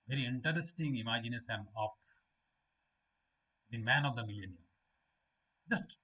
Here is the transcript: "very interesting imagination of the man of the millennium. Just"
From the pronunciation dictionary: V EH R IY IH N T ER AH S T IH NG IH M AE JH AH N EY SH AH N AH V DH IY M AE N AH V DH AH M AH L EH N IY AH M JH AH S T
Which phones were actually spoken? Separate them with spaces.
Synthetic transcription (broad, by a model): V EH R IY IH N T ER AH S T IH NG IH M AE JH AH N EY S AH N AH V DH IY M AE N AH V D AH M AH L EH N IY AH M JH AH S T